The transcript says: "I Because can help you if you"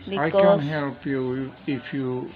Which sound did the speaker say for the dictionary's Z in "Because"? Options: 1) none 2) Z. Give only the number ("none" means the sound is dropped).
1